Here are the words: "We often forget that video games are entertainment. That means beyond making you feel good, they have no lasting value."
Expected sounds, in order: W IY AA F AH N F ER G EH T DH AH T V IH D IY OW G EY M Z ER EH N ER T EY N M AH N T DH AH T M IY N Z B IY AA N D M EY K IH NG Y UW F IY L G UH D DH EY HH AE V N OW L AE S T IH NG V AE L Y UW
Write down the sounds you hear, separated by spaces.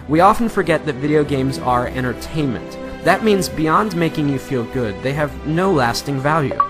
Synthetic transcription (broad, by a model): W IY AA F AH N F ER G EH T DH AH T V IH D IY OW G EY M Z ER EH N ER T EY N M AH N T DH AH T M IY N Z B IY AA N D M EY K IH NG Y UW F IY L G UH D DH EY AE V N OW L AE S T IH NG V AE L Y UW